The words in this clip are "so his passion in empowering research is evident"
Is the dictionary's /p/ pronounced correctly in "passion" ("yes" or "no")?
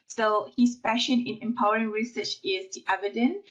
no